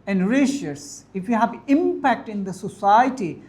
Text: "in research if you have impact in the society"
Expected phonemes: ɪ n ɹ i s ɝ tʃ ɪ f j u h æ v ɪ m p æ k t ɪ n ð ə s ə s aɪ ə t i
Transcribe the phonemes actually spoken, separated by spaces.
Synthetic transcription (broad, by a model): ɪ n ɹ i ʃ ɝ s ɪ f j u h æ v ɪ m p æ k t ɪ n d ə s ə s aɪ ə t i